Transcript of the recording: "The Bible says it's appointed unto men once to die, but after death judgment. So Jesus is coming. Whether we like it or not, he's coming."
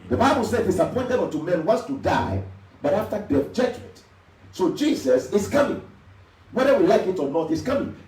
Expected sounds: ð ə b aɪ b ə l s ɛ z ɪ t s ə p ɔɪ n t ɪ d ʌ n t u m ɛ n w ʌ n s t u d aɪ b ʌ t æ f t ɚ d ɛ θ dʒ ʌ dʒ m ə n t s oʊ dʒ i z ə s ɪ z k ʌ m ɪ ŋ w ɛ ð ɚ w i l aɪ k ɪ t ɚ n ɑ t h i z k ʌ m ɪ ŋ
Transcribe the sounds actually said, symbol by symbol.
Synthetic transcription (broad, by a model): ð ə b aɪ b ə l s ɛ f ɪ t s ə p ɔɪ n t ɪ d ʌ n t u m ɛ n w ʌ s t u d aɪ b ʌ t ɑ f t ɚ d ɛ f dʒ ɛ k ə t s oʊ dʒ i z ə s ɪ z k ʌ m ɪ ŋ w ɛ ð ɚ w i l aɪ k ɪ t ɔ n ɑ t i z k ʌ m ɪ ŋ